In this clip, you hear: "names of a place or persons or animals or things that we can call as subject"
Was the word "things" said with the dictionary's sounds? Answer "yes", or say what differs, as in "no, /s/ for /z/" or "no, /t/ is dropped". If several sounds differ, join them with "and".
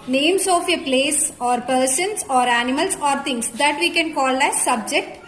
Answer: no, /t/ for /θ/